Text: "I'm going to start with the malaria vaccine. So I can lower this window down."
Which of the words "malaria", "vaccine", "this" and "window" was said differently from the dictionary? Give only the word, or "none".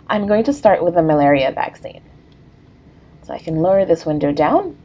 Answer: none